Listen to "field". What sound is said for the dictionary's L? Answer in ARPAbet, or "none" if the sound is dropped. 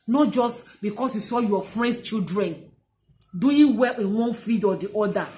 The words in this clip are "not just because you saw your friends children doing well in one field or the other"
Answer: none